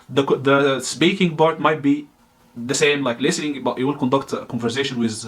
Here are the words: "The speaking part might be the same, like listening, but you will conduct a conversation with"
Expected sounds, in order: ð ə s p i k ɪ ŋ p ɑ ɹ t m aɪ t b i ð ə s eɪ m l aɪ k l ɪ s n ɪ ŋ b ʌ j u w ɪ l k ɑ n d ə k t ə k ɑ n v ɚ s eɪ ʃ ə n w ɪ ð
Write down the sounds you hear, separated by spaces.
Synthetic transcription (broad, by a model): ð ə s p i k ɪ ŋ b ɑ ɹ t m aɪ t b i ð ə s eɪ m l aɪ k l ɪ s n ɪ ŋ b ʌ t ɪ w ɪ l k ɑ n d ə k t ə k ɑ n v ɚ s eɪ ʃ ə n w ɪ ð